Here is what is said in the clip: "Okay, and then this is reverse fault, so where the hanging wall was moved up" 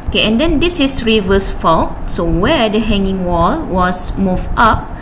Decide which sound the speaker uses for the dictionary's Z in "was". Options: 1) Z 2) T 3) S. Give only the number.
3